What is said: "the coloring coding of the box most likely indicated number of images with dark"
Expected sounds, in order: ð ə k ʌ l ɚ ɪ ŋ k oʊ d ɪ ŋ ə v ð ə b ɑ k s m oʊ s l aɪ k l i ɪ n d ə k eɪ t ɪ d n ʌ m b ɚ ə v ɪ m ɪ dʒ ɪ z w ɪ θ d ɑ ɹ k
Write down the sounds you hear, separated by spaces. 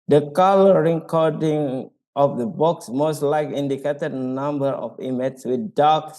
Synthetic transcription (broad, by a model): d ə k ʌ l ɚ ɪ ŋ k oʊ d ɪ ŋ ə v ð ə b ɑ k s m oʊ s l aɪ k i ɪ n d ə k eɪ t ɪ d n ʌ m b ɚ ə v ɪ m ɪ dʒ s w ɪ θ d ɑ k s